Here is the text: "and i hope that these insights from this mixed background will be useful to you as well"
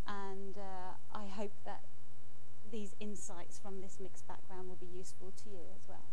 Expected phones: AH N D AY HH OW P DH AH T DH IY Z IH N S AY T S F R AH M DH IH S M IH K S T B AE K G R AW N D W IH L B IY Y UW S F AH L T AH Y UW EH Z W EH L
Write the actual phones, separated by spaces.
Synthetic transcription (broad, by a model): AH N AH AY HH OW P DH AH T DH IY Z IH N S AY T S F R AH M DH IH S M IH K S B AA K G R AW N D W IH L B IY Y UW S F AH L T AH Y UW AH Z W EH L